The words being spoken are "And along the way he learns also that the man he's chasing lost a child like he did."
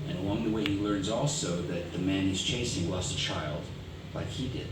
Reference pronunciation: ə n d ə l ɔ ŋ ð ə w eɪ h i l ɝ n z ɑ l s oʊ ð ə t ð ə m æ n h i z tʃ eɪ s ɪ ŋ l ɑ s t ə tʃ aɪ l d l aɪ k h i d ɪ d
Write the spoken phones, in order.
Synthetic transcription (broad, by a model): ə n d ə l ɔ ŋ ð ə w eɪ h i l ɝ n z ɑ l s oʊ ð ə t ð ə m æ n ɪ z tʃ eɪ s ɪ ŋ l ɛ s ə tʃ aɪ l d l aɪ k h i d ɪ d